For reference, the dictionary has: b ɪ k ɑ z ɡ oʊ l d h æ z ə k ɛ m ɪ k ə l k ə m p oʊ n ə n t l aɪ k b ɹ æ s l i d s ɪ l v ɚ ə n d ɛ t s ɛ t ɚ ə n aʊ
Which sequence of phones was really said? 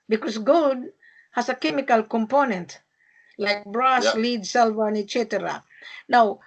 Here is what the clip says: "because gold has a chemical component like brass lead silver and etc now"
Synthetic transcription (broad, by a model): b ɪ k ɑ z ɡ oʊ d h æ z ə k ɛ m ɪ k ə l k ə m p oʊ n ə n t l aɪ k b ɹ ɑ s l i d s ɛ l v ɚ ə n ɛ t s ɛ t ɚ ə n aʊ